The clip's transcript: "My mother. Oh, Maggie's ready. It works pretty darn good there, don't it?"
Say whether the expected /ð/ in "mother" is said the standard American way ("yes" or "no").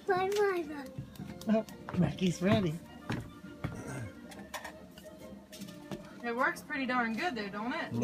no